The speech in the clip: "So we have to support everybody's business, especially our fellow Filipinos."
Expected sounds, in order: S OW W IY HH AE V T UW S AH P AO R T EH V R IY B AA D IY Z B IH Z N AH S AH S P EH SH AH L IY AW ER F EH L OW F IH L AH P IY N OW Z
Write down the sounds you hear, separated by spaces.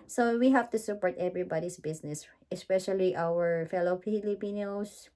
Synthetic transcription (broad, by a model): S OW W IY HH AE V T UW S AH P AO R T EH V R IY B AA D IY S B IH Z N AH S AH S P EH SH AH L IY AW ER F EH L OW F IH L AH P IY N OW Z